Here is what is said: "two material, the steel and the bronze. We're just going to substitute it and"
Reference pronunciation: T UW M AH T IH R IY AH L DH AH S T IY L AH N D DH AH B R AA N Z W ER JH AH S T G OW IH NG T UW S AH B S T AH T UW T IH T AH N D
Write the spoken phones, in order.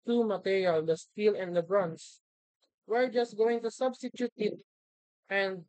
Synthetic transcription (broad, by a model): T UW M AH T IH R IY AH L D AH S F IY L AH N D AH B R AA N S W ER JH AH S T G OW IH NG T UW S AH B S T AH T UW T IH T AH N D